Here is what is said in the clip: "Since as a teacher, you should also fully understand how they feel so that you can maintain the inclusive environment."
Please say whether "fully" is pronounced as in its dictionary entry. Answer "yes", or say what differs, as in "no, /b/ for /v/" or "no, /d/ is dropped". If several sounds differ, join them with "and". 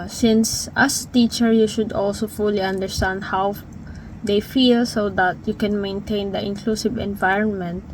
yes